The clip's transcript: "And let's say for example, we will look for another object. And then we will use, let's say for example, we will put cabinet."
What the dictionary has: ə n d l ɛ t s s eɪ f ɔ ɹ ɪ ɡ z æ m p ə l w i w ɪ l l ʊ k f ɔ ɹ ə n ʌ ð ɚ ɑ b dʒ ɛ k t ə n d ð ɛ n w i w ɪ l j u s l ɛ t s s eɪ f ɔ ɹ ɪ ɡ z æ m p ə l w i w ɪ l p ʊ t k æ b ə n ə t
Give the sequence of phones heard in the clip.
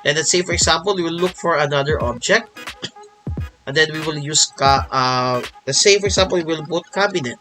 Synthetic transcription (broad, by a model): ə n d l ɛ t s s eɪ f ɔ ɹ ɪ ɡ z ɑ m p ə l w i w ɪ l l ʊ k f ɔ ɹ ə n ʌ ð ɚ ɑ b dʒ ɛ k t ə n d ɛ n w i w ɪ l j u s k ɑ t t s eɪ f ɔ ɹ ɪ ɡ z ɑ m p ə l w i w ɪ l b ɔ t k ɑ b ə n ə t